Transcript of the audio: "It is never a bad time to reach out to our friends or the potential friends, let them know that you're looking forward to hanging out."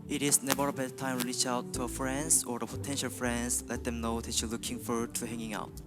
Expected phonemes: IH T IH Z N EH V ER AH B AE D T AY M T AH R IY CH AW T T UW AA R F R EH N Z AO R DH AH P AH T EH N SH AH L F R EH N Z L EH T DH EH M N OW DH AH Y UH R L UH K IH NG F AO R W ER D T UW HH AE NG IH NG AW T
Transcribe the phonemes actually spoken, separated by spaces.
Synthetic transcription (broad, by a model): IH T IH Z N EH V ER AH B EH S T AY M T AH L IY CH AW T T UW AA F R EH N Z AO R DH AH P AH T EH N SH AH L F R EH N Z L EH T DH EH M N OW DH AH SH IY L UH K IH NG F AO R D T UW HH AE NG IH NG AW T